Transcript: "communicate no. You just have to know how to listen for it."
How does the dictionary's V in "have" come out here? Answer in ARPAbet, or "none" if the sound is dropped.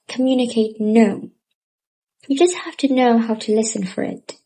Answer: F